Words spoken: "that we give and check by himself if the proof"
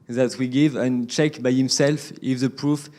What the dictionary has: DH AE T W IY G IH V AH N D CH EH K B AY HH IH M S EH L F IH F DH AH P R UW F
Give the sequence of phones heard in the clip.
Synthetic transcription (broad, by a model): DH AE T W IY G IH V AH N CH EH K B AY HH IH M S EH L F IH F DH AH P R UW F